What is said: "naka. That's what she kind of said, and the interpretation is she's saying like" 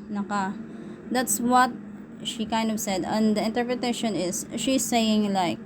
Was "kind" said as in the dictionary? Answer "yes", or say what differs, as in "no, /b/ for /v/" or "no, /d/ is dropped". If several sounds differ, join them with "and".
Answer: yes